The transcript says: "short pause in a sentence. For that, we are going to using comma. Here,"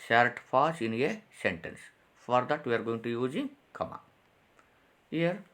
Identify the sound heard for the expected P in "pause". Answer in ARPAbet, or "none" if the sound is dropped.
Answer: F